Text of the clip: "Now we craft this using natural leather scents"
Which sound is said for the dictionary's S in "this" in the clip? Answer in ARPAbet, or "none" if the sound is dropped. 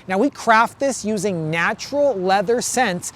S